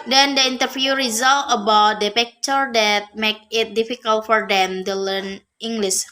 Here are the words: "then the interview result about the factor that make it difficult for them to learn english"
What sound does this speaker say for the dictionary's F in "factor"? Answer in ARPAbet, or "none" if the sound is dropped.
P